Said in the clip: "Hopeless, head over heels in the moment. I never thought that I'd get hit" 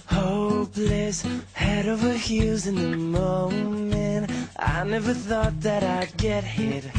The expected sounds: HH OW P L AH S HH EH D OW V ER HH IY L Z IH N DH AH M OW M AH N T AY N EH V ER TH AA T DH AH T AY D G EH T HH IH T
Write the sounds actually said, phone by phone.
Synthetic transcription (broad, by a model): HH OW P L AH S HH EH D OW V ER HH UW Z IH N DH AH M OW M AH N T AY N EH V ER TH AA T DH AH T AY D G EH T HH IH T